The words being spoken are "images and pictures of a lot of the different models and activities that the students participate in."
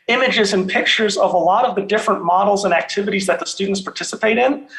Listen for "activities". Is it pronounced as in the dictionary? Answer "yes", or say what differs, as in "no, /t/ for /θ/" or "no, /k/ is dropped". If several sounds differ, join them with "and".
yes